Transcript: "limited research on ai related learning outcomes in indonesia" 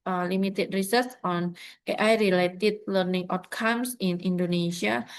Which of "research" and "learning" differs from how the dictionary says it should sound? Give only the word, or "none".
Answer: research